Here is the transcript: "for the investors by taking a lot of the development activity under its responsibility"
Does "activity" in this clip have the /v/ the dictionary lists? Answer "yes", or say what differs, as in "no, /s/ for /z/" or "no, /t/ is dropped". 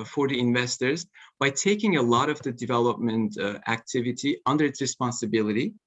yes